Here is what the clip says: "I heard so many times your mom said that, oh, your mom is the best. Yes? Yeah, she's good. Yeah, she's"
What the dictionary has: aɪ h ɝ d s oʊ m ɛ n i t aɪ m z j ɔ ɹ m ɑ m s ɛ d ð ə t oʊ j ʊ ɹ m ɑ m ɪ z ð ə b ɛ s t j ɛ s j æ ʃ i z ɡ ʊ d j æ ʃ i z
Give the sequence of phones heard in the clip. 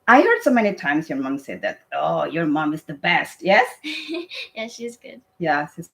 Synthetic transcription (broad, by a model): aɪ h ɝ d s oʊ m ɛ n i t aɪ m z j ɔ ɹ m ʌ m s ɛ d ð ə t oʊ j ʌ ɹ m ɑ m ɪ z ð ə b ɛ s t j ɛ s j æ ʃ i z ɡ ʊ d j æ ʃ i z